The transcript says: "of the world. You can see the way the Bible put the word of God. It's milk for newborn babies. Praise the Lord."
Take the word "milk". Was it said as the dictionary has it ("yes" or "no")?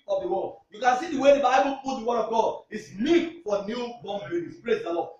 no